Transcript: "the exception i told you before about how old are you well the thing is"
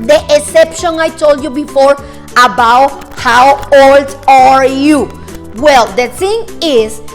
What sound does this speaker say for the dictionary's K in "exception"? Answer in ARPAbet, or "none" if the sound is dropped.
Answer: none